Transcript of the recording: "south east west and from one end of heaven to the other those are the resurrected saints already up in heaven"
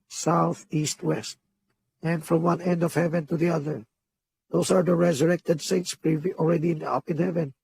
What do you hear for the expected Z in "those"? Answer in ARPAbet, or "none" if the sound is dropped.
S